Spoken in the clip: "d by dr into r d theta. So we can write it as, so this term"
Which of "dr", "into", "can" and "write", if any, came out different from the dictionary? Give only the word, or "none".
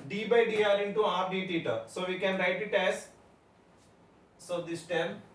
dr